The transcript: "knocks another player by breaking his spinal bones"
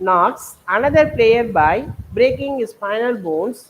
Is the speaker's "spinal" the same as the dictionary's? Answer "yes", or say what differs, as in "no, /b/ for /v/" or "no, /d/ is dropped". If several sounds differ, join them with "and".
no, /f/ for /p/